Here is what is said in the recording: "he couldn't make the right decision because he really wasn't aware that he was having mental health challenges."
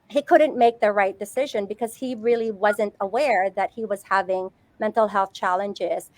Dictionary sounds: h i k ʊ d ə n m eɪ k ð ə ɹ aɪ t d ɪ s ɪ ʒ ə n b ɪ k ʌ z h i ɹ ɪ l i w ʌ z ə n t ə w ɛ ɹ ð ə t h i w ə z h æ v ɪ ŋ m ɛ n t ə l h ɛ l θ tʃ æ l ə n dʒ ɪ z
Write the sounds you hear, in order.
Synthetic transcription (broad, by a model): h i k ʊ d n m eɪ k ð ə ɹ aɪ t d ɪ s ɪ ʒ ə n b ɪ k ʌ z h i ɹ ɪ l i w ʌ z ə n t ə w ɛ ɹ ð ə t h i w ə z h æ v ɪ ŋ m ɛ n t l h ɛ l θ tʃ æ l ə n dʒ ɪ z